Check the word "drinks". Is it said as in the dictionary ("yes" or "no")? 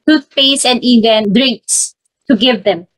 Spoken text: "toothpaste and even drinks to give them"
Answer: yes